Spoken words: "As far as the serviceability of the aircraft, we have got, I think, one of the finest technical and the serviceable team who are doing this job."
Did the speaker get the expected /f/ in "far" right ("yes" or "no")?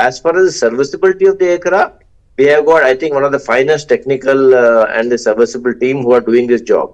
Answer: yes